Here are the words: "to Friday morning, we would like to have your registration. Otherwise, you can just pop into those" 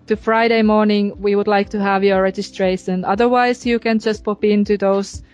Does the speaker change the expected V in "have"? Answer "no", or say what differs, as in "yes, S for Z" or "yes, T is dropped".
no